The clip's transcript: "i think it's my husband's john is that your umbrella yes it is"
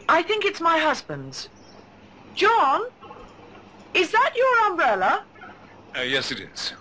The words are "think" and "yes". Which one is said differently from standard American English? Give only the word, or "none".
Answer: none